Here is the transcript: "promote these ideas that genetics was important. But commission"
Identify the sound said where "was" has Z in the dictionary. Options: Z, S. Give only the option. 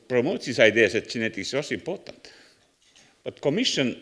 S